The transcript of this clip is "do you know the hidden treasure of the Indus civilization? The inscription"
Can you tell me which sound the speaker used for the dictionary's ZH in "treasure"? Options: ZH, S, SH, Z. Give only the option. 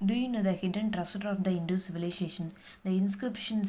S